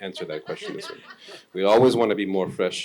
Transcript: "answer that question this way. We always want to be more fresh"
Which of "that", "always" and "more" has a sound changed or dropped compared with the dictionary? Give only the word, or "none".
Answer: none